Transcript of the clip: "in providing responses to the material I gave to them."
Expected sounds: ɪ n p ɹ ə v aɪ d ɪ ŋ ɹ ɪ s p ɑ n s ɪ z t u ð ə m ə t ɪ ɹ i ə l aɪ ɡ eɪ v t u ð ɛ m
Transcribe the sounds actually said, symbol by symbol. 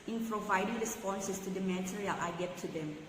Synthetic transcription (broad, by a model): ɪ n p ɹ ə v aɪ d ɪ ŋ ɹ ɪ s p ɑ n s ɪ s t u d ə m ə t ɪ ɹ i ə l aɪ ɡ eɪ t t u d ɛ m